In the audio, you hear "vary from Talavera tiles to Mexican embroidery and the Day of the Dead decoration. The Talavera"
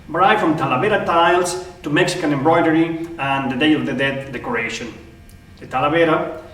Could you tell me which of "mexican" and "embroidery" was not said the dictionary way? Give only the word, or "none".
none